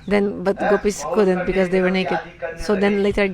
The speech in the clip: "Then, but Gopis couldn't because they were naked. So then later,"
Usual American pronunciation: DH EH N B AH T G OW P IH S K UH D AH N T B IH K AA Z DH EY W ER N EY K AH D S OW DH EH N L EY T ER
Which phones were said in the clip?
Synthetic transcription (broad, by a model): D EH N B AH T G OW P IH S K UH D AH N T B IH K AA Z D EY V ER N EY K AH D S OW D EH N L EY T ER